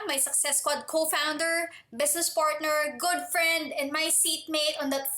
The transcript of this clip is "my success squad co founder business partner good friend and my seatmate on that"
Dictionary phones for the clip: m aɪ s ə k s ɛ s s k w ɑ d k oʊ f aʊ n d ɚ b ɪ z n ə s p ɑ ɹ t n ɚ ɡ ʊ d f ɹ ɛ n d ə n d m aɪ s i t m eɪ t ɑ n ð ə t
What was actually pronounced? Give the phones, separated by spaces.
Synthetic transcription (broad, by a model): m aɪ s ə k s ɛ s s k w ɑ d k oʊ f aʊ n d ɚ b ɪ s n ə s p ɑ ɹ t n ɚ ɡ ʊ d f ɹ ɛ n d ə n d m aɪ s i t m eɪ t ɑ n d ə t